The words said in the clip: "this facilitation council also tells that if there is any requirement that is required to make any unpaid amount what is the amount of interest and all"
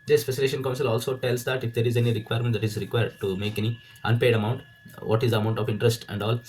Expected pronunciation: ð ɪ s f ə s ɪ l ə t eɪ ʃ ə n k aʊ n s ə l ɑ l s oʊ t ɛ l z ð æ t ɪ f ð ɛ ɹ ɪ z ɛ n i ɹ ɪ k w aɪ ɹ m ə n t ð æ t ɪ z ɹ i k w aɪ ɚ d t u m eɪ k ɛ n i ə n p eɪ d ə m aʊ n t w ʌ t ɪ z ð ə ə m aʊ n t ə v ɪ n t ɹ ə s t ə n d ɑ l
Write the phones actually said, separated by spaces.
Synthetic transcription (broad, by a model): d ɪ s p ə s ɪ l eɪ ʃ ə n k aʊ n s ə l ɑ l s oʊ t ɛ l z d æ t ɪ f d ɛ ɹ ɪ z ɛ n i ɹ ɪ k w aɪ ɹ m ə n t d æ t ɪ z ɹ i k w aɪ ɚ d t u m eɪ k ɛ n i ə n p eɪ d ə m aʊ n t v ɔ t ɪ z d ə ə m aʊ n t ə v ɪ n t ɹ ə s t ə n d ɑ l